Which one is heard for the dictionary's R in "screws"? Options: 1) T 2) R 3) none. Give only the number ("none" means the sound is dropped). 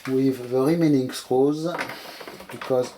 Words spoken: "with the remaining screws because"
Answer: 3